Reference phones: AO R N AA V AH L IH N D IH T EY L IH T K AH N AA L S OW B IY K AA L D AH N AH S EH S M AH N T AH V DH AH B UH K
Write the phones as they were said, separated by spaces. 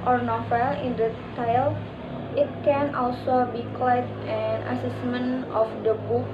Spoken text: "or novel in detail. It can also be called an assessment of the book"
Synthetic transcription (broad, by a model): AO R N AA F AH L IH N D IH T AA L IH T K AH N AA L S OW B IY K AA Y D AH N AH S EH S M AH N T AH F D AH B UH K